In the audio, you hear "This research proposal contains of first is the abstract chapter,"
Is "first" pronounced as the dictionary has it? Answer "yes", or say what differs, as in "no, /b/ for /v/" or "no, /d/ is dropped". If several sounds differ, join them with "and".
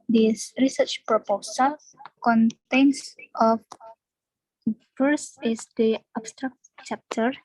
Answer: no, /t/ is dropped